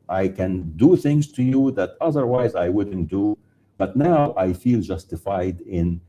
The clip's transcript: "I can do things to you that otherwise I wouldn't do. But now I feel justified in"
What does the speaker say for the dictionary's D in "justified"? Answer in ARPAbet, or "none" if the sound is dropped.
D